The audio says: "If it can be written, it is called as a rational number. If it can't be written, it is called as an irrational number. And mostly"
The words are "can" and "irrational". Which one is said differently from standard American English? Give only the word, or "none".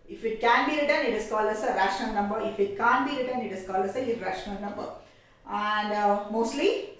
irrational